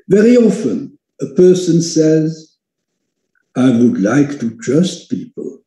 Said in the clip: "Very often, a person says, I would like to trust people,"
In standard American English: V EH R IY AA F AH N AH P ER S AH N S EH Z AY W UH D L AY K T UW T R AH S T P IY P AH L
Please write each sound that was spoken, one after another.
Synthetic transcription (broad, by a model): V EH R IY AA F AH N AH P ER S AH N S EH Z AY W UH D L AY K T UW T R AH S T P IY P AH L